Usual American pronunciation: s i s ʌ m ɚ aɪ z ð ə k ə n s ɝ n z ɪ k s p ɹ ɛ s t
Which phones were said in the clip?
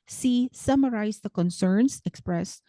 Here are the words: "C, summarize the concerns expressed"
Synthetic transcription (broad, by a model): s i s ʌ m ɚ aɪ s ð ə k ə n s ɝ n s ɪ k s p ɹ ɛ s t